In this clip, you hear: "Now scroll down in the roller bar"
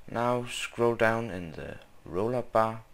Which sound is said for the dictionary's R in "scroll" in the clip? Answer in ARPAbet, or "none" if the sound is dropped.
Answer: R